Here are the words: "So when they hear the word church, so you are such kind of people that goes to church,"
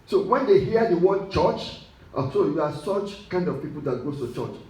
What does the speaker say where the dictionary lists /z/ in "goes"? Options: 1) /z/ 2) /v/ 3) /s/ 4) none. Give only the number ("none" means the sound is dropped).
4